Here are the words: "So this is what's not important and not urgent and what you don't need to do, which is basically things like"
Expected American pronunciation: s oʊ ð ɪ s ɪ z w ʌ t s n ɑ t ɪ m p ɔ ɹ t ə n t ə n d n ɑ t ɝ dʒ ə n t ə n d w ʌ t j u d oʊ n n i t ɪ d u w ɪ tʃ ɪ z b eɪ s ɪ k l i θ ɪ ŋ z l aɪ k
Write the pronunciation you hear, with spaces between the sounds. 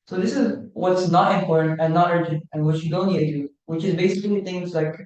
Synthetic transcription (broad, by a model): s oʊ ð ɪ s ɪ z w ʌ t s n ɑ t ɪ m p ɔ ɹ t n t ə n n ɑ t ɝ dʒ ə n t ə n w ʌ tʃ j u d oʊ n l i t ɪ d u w ɪ tʃ ɪ z b eɪ s ɪ k l i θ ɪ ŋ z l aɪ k